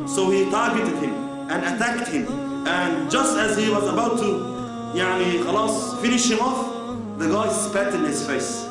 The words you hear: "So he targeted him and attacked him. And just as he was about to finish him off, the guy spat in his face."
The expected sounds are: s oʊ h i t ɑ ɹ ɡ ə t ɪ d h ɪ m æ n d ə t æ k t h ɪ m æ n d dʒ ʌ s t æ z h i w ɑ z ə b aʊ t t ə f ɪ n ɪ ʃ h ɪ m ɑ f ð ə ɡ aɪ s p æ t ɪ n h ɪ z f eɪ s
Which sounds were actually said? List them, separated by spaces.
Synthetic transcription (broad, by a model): s oʊ h i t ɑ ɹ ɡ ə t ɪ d h ɪ m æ n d ə t æ k t h ɪ m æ n dʒ ʌ s t æ z h i w ɑ z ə b aʊ t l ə f ɪ n ɪ ʃ h ɪ m ɑ f ð ə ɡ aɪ s p æ t ɪ n h ɪ z f eɪ s